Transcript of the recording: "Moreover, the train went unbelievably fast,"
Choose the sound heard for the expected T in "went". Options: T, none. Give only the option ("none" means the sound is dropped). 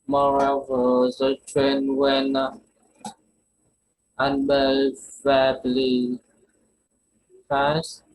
none